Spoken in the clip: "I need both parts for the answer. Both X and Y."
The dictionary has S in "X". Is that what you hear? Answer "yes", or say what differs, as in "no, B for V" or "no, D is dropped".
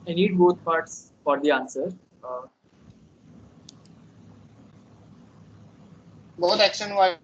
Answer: no, SH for S